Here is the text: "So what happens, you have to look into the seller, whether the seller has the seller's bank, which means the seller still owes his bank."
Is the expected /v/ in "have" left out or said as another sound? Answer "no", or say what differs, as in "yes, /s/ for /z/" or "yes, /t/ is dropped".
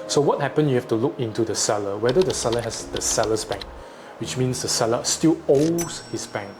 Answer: yes, /f/ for /v/